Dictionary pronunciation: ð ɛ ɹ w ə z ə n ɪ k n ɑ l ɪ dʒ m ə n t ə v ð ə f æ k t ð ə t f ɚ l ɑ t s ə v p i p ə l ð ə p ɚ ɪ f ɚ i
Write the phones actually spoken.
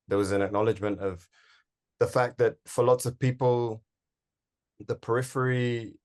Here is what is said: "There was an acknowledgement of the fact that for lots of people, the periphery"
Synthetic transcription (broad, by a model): ð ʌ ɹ w ə z ə n ɪ k n ɑ l ɪ dʒ m ə n t ə v ð ə f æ k ð ə t f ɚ l ɑ t s ə v p i p ə l ð ə p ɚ ɪ f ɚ i